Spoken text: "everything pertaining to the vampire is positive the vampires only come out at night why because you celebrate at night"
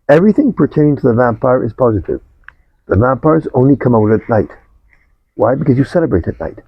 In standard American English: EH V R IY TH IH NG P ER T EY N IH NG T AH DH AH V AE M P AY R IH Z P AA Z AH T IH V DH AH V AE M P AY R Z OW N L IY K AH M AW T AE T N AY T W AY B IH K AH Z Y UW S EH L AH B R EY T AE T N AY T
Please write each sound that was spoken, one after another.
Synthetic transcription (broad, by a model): EH V R IY TH IH NG P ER T EY IH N T AH DH AH V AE M P AY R IH Z P AA Z AH T IH V DH AH V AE M P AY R Z OW N L IY K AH M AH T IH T N AY T W AY B IH K AH Z Y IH S EH L AH B R EY T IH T N AY T